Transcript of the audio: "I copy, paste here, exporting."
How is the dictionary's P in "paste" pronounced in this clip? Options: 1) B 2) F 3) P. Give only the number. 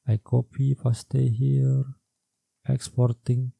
2